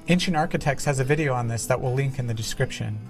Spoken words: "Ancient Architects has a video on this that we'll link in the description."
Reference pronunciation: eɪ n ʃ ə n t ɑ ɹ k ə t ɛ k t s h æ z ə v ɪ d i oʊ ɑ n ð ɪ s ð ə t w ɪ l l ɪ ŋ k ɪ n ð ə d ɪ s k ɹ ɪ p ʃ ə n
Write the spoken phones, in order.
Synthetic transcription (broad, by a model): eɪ n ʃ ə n ɑ ɹ k ə t ɛ k t s h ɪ z ə v ɪ d i oʊ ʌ n ð ɪ s ð ə t w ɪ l l ɪ ŋ k ɪ n ð ə d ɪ s k ɹ ɪ p ʃ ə n